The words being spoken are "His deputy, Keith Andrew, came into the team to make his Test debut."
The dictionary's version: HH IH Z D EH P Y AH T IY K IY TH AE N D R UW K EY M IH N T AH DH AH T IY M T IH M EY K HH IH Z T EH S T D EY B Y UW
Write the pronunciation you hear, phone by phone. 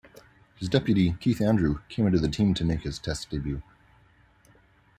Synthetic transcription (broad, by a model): HH IH Z D EH P Y AH T IY K IY TH AE N D R UW K EY M IH N T AH DH AH T IY M T IH M EY K HH IH Z T EH S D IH B Y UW